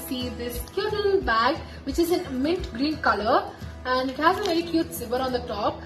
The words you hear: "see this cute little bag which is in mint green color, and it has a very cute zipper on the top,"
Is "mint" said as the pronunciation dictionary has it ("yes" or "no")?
no